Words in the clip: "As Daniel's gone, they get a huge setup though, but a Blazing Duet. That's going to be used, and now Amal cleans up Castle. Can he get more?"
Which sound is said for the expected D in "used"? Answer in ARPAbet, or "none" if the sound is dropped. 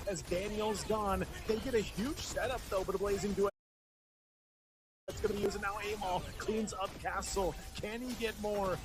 none